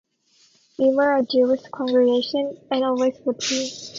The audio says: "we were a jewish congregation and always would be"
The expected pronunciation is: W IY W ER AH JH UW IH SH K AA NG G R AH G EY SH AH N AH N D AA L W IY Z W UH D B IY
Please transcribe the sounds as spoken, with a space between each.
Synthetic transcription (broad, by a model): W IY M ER AH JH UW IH S K AA NG G R AH G EY SH AH N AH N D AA L W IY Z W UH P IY